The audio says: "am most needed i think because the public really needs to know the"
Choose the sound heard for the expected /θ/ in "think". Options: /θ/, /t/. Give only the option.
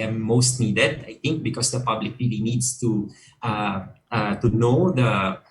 /t/